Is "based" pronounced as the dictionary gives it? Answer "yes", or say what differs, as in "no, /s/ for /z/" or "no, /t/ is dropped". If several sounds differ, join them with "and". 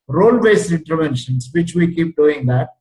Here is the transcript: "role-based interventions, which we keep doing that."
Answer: no, /t/ is dropped